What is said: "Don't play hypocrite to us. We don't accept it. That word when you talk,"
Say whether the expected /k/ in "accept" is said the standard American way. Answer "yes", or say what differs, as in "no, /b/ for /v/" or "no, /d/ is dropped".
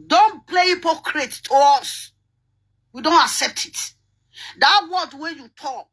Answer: yes